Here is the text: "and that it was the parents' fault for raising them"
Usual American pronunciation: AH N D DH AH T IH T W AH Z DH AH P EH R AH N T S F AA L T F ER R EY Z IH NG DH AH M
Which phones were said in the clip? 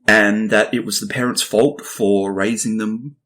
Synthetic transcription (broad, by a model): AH N DH AH T IH T W AH Z DH AH P EH R AH N T S F AA L T F ER R EY Z IH NG DH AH M